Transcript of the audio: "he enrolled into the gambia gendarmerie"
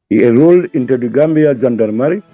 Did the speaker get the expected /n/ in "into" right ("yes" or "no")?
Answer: yes